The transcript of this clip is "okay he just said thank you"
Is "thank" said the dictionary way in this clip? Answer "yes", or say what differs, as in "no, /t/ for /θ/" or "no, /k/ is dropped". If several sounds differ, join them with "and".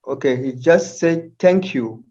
no, /t/ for /θ/